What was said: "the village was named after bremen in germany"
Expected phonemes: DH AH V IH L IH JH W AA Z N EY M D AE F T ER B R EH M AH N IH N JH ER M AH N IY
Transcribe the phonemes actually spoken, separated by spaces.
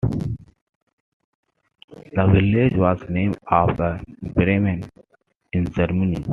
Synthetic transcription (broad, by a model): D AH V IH L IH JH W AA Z N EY M AA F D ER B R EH M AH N IH N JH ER M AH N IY